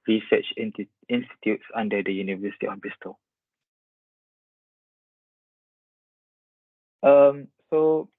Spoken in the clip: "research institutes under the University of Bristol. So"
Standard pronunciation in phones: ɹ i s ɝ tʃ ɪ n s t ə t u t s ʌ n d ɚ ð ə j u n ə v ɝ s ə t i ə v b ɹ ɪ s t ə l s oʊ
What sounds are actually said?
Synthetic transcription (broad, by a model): ɹ i s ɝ tʃ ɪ n s t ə t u t s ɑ n d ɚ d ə j u n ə v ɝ s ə t i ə f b ɪ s t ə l s oʊ